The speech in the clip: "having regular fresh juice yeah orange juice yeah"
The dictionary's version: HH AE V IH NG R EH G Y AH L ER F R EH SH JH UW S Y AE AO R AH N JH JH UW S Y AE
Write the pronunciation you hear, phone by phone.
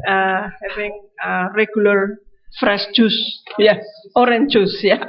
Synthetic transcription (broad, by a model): HH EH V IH NG R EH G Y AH L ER F R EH S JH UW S Y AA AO R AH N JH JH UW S Y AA